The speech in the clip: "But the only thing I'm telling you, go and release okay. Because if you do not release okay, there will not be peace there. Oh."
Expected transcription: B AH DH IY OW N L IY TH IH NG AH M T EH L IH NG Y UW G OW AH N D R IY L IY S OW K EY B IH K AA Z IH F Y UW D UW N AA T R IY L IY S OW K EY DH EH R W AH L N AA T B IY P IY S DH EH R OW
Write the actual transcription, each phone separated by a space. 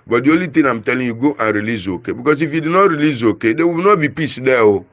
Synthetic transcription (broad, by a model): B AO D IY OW L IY T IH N AH M T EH L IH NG Y UW G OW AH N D R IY L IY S OW K EY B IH K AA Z IH F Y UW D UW N AA T R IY L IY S OW K EY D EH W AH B N AA T B IY P IY S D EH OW